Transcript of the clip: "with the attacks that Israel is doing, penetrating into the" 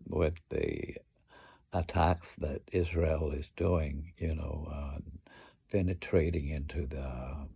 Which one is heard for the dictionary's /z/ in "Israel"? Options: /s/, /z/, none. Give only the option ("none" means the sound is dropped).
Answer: /z/